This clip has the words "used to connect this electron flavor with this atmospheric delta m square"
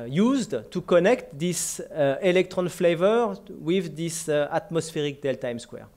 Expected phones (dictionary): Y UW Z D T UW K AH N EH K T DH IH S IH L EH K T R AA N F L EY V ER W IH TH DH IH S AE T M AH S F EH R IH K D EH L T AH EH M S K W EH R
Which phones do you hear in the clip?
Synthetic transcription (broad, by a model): Y UW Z D T UW K AH N EH K T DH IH S IH L EH K T R AA N F L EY V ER W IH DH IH S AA T M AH S F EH R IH K D EH L T AH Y M S K W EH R